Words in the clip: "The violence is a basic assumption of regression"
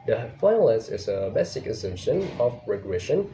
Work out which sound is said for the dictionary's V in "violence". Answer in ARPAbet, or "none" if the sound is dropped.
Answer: F